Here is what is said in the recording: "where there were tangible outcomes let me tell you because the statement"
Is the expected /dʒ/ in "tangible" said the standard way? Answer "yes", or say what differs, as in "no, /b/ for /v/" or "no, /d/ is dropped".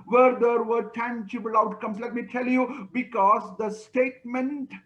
no, /tʃ/ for /dʒ/